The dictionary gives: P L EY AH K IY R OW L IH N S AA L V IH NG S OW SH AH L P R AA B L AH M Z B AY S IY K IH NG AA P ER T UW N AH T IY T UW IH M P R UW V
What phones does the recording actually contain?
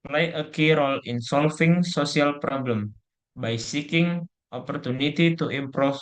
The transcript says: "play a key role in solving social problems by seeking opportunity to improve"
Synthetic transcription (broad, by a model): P L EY AH K IY R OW L IH N S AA L F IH NG S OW S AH L P R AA B L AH M B AY S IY K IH NG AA P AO T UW N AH T IY T UW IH M P R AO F